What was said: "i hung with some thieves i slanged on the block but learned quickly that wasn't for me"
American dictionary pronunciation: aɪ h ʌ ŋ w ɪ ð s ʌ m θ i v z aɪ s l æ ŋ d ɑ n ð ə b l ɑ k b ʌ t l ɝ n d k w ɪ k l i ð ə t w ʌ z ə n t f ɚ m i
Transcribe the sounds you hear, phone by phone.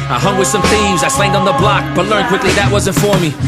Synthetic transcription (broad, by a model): aɪ h ʌ ŋ w ɪ ð s ʌ m θ i v z aɪ s l æ ŋ d n ð ə b l ɑ k b ʌ t l ɝ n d k w ɪ k l i ð ə t w ʌ z ə n t f ɚ m i